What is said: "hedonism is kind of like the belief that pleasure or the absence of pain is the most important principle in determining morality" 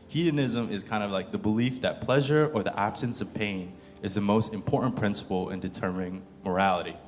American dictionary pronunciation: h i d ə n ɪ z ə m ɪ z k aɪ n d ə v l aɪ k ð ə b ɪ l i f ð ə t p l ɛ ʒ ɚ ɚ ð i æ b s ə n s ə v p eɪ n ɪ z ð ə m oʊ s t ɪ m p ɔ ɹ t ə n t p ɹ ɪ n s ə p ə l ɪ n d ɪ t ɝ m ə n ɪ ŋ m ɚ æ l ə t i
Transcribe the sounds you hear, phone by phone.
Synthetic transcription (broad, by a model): h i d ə n ɪ z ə m ɪ z k aɪ n d ə v l aɪ k ð ə b ɪ l i f ð ə t p l ɛ ʒ ɚ ɚ ð i æ b s ə n s ə v p eɪ n ɪ z ð ə m oʊ s t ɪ m p ɔ ɹ t n p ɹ ɪ n s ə p l ɪ n d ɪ t ɝ m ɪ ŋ m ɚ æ l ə t i